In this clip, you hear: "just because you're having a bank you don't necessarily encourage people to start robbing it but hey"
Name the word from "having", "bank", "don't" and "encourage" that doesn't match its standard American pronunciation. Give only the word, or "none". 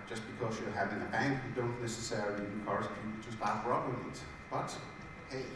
encourage